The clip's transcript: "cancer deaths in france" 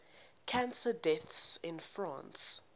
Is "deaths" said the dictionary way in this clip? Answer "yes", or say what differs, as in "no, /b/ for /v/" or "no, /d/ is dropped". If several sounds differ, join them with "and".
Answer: yes